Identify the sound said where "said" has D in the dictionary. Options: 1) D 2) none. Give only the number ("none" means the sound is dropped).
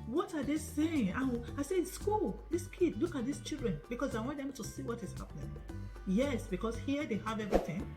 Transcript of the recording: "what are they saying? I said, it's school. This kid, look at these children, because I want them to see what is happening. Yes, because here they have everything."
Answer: 2